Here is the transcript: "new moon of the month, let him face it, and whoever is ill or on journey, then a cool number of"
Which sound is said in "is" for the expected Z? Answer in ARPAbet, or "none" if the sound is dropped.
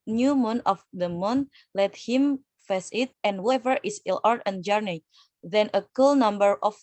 S